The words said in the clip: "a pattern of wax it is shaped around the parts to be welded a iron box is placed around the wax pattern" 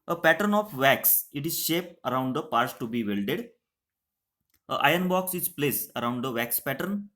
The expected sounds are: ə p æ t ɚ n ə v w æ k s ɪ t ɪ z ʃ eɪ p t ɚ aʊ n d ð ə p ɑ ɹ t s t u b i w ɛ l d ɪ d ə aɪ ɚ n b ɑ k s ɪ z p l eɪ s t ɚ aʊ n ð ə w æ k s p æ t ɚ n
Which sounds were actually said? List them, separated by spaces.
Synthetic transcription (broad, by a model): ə p æ t ɚ n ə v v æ k s ɪ t ɪ z ʃ eɪ p ɚ aʊ n d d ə p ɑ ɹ t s t u b i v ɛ l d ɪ d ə aɪ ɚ n b ɑ k s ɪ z p l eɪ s ɚ aʊ n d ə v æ k s p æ t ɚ n